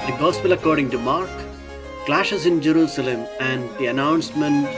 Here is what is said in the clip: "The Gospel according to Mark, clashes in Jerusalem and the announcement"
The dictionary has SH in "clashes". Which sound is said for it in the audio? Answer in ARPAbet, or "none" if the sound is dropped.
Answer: SH